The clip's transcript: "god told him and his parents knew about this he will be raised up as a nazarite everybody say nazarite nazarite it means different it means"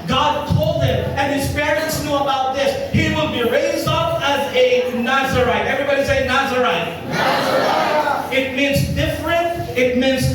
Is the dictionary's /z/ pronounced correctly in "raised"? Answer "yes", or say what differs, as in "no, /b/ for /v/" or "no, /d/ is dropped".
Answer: yes